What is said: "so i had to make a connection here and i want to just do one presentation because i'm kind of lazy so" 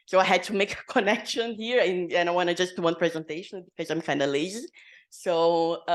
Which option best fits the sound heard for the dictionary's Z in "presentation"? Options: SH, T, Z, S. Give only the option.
Z